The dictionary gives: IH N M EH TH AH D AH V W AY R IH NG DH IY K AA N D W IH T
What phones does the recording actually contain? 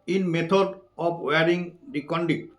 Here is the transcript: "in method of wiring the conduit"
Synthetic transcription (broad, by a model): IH N M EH T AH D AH P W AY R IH NG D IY K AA N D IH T